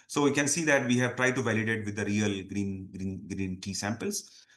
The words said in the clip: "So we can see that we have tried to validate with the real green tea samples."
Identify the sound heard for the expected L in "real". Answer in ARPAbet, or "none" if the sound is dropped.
N